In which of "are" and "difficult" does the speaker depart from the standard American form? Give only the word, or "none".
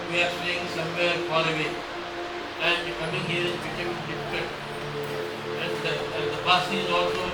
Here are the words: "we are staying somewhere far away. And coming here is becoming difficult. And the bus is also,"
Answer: difficult